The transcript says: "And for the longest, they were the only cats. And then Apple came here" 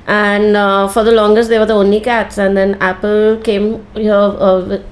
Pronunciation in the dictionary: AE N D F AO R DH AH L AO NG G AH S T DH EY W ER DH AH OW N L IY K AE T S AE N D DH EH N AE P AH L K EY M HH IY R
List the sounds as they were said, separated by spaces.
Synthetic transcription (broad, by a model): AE N D F AO R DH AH L AO NG G AH S T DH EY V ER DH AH OW N L IY K AE T S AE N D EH N AE P AH L K EY M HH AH